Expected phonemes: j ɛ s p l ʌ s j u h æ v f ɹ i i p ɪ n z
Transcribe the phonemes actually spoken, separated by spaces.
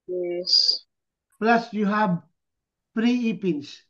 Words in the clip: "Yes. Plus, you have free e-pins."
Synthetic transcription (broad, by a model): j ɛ s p l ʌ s j u h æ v p ɹ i i p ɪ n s